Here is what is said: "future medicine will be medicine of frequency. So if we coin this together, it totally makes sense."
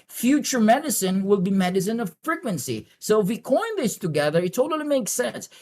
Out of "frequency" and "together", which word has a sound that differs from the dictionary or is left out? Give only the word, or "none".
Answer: none